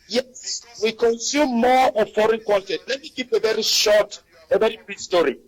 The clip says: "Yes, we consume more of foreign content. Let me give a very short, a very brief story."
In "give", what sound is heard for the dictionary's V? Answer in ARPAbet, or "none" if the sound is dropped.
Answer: P